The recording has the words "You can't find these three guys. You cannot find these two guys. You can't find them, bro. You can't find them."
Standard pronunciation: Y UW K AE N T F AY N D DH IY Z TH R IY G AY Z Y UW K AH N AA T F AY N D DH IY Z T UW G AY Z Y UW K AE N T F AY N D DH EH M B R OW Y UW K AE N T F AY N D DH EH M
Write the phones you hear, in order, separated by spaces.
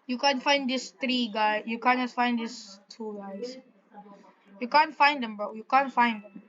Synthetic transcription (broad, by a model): Y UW K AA N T F AY N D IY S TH R IY G AY Y UW K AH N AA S F AY N D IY S T UW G AY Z Y UW K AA N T F AY N D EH M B OW Y UW K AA N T F AY N D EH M